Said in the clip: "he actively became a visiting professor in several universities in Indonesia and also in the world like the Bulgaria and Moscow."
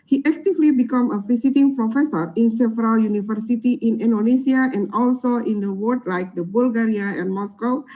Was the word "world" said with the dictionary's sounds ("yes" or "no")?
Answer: no